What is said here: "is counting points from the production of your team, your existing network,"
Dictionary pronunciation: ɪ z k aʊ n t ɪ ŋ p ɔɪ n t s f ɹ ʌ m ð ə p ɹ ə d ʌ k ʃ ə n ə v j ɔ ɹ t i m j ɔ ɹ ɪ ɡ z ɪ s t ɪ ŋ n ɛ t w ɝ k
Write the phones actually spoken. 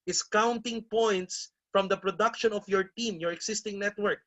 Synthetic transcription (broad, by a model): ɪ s k aʊ n t ɪ ŋ p ɔɪ n t s f ɹ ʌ m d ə p ɹ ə d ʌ k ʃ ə n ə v j ɔ ɹ t i m j ɔ ɹ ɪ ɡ s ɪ s t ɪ ŋ n ɛ t w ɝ k